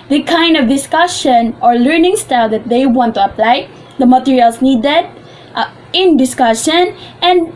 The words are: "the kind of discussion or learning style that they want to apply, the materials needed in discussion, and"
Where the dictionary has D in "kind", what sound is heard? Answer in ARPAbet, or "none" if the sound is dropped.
D